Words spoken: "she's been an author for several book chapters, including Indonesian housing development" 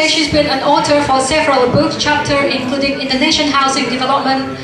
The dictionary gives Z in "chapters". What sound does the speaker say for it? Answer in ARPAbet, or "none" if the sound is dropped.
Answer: none